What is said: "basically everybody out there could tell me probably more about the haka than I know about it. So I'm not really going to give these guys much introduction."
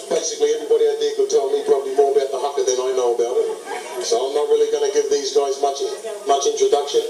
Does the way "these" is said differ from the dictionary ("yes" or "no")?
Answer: no